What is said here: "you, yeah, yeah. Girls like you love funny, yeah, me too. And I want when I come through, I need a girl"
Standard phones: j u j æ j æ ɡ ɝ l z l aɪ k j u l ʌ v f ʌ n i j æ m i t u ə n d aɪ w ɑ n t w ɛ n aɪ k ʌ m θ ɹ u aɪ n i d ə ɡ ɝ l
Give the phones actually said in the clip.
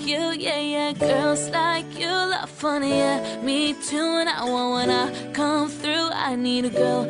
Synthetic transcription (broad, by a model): j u j æ j æ ɡ ɝ l z l aɪ k j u l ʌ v f ʌ n i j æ m i t u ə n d aɪ w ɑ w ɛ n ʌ k ʌ m θ ɹ u aɪ n i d ə ɡ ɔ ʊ